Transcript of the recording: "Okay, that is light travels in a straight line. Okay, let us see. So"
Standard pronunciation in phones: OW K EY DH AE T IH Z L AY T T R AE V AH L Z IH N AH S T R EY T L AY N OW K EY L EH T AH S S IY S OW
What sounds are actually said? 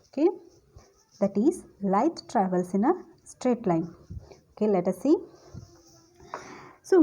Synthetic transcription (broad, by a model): OW K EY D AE T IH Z L AY T T R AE V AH L S IH N AH S T R EY T L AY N OW K EY L EH T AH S S IY S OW